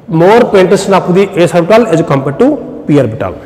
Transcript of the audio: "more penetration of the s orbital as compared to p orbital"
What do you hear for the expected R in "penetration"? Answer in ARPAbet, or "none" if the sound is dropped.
none